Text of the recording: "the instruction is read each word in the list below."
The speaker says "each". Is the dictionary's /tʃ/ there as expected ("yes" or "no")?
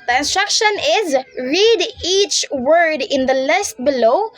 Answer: yes